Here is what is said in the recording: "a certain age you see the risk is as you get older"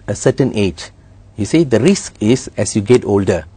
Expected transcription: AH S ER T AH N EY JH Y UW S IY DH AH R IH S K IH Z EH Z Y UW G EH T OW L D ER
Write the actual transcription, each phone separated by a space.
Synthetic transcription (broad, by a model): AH S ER T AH N EY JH Y UW S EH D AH R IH S K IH S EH S Y UW G EH T OW L D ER